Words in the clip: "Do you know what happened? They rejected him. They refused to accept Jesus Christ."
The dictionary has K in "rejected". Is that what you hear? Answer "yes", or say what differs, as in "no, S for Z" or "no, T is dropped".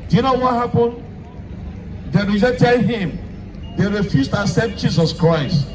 no, K is dropped